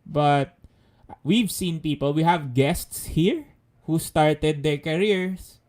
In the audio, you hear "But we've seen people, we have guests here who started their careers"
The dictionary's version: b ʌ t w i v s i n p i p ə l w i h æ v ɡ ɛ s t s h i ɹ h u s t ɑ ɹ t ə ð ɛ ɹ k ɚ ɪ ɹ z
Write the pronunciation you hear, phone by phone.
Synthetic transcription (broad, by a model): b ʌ t w i v s i n p i p ə l w i h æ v ɡ ɛ s t s h i ɹ h u s t ɑ ɹ t ə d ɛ ɹ k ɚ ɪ ɹ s